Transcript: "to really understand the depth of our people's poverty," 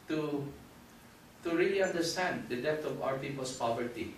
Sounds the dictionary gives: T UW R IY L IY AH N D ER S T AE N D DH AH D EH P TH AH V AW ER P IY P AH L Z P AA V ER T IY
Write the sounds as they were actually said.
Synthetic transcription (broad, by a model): T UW R IY L IY AH N D ER S T AE N D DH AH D EH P T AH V AW ER P IY P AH L S P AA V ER T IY